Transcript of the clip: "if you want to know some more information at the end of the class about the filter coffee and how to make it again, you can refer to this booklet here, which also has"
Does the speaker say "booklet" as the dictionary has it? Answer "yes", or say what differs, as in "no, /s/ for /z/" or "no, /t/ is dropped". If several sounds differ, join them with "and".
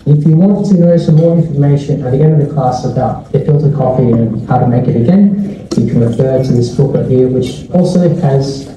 no, /l/ is dropped